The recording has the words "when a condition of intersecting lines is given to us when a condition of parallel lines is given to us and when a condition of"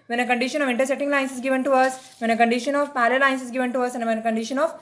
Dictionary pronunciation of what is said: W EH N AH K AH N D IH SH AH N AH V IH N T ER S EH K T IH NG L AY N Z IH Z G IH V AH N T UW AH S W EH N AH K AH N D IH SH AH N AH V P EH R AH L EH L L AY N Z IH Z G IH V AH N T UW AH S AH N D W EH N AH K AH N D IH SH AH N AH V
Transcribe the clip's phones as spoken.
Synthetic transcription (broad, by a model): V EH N AH K AH N D IH SH AH N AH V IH N T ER S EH T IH NG L AY N S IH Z G IH V AH N T UW AH S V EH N AH K AH N D IH SH AH N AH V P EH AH L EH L L AY N S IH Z G IH V AH N T UW AH S AH N D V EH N AH K AH N D IH SH AH N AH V